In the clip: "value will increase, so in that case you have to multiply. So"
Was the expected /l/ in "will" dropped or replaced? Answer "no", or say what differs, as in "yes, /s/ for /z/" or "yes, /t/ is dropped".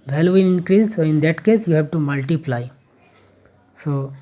yes, /n/ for /l/